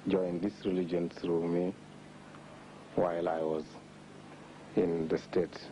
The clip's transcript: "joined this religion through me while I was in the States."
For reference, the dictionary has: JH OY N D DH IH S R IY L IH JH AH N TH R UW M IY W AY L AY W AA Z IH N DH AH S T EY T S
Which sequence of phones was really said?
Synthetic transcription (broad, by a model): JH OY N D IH S R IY L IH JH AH N S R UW M IY W AY L AY W AA Z IH N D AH S T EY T